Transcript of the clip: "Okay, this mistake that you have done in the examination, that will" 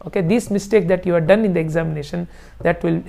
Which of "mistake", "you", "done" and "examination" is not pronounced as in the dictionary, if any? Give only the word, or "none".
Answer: none